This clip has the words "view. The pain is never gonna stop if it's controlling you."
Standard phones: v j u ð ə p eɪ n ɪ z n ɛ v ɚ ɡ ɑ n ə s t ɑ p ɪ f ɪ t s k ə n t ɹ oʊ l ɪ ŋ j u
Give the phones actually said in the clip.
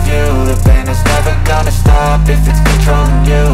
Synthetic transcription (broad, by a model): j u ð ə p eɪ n ɪ z n ɛ v ɚ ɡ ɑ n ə s t ɑ p ɪ f ɪ t s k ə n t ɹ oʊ ɪ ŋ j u